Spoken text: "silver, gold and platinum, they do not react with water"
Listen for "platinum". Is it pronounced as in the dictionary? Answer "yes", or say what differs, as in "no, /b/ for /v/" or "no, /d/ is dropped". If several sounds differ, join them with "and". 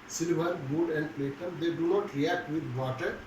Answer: no, /n/ is dropped